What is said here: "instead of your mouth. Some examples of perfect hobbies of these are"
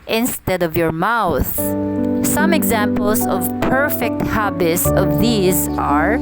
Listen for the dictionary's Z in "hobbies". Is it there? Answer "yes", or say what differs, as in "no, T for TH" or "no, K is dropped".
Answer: no, S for Z